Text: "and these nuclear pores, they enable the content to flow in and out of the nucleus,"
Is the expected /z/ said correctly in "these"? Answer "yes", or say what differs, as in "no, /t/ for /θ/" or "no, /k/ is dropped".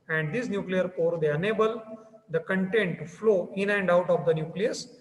no, /s/ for /z/